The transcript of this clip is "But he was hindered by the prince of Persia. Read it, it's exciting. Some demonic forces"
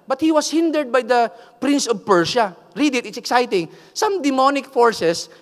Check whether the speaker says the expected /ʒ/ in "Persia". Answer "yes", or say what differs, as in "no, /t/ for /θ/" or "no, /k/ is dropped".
no, /ʃ/ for /ʒ/